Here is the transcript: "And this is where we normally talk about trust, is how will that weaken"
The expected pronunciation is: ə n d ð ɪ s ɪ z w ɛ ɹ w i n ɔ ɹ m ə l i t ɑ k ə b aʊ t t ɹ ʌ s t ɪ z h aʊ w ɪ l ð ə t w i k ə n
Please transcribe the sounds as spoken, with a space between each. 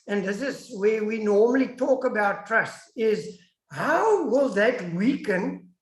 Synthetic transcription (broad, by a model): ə n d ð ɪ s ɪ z w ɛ w i n ɔ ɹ m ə l i t ɑ k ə b aʊ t t ɹ ʌ s t ɪ z h aʊ w ɪ l ð ə t w i k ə n